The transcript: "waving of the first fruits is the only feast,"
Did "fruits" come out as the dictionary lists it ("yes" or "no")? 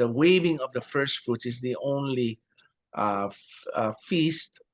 no